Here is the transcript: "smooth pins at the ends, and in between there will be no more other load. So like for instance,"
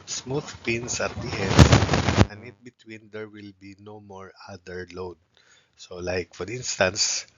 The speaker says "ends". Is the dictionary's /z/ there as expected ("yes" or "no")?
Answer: no